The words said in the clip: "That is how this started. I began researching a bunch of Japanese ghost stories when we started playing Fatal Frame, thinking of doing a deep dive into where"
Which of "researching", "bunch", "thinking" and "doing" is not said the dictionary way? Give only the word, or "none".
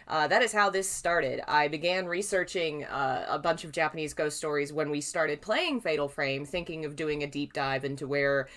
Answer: none